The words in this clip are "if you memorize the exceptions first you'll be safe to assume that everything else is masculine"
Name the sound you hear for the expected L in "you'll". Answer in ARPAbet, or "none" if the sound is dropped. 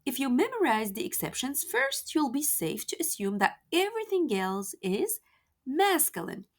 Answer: L